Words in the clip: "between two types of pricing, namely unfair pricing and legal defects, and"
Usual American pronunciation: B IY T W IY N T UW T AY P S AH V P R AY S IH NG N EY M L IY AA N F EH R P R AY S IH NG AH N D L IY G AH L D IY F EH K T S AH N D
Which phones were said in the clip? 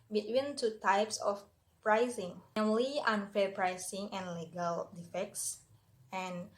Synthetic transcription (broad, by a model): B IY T W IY N T UW T AY P S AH F P R AY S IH NG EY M L IY AA N F EH R P R AY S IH NG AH N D L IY G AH L D IY F EH K T S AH N